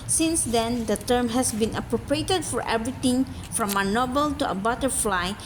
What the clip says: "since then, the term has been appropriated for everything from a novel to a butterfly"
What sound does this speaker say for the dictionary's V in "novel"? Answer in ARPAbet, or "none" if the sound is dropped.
B